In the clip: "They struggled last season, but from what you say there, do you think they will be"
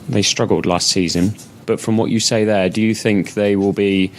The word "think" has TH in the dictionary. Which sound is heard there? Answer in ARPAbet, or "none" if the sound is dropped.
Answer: TH